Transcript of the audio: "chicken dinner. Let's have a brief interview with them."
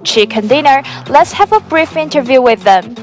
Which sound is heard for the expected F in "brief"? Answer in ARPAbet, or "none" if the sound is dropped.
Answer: F